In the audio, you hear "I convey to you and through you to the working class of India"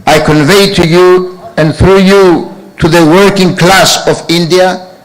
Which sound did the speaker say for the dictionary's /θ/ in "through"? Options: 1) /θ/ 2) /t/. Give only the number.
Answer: 1